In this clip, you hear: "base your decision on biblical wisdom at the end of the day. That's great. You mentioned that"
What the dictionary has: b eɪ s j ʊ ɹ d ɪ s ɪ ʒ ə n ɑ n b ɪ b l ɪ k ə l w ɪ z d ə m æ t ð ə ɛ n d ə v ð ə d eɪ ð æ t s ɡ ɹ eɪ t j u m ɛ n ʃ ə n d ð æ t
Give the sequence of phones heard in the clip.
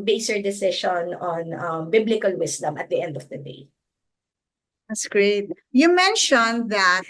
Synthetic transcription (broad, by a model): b eɪ s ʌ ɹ d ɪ s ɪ ʃ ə n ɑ n b ɪ b l ɪ k ə l w ɪ s d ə m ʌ t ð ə ɛ n d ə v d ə d eɪ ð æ t s ɡ ɹ eɪ t j u m ɛ n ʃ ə n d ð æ t